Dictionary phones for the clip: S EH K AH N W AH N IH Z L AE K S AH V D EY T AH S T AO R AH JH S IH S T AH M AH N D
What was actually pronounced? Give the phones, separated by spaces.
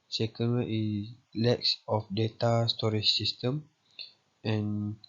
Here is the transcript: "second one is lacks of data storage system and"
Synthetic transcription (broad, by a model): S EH K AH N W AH IH S L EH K S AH F D EY T AH S T AO R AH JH S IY S T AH M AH N